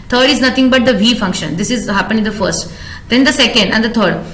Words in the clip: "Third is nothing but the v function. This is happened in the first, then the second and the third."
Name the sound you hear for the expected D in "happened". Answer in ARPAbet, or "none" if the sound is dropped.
none